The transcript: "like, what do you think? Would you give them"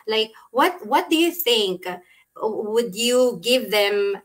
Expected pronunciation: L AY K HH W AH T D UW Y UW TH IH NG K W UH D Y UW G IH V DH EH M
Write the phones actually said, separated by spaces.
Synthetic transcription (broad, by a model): L AY K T W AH T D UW Y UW TH IH NG K W UH D Y UW G IH V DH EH M